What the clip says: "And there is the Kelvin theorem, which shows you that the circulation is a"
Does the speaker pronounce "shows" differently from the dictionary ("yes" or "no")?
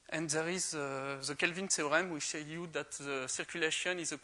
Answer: yes